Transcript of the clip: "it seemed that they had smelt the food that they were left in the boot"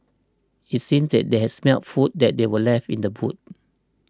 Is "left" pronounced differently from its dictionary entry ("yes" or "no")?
yes